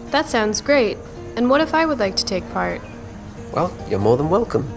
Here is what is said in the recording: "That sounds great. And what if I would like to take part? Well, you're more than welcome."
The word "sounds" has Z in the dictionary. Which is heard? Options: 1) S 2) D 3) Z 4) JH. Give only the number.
3